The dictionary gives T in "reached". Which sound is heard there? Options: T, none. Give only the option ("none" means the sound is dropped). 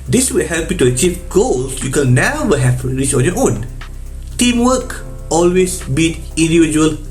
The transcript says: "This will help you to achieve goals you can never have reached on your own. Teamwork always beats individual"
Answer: none